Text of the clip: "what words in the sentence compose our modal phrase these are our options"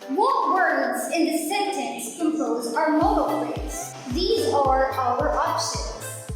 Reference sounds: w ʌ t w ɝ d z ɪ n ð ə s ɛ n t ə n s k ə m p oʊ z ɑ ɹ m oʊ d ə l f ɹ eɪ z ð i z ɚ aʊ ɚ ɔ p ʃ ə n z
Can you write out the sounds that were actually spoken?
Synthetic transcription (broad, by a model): w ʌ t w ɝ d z ɪ n ð ə s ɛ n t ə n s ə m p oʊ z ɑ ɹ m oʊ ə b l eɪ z ð i z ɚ aʊ ɚ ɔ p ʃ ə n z